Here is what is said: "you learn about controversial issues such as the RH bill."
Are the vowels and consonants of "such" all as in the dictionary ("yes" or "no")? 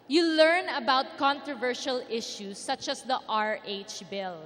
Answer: yes